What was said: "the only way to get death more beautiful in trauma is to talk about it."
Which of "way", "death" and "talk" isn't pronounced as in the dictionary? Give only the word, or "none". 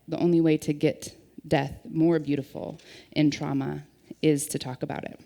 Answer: none